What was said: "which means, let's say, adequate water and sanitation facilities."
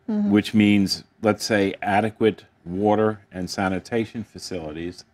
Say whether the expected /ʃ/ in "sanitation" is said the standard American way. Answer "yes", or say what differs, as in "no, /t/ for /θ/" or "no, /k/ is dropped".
yes